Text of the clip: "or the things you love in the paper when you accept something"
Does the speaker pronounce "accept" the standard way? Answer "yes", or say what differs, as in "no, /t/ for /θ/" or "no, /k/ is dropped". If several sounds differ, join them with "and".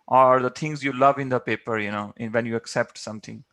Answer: yes